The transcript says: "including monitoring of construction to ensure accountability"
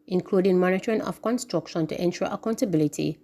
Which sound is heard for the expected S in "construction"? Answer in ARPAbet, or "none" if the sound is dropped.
S